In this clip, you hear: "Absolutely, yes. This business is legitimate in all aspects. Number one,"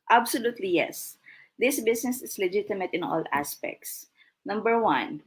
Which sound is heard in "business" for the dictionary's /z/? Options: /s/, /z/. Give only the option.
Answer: /s/